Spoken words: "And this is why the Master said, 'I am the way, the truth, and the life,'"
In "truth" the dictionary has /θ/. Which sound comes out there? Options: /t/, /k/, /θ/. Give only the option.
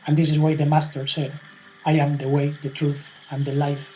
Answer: /θ/